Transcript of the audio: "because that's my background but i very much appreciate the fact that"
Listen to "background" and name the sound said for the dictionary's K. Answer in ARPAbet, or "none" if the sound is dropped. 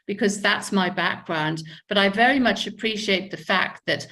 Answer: K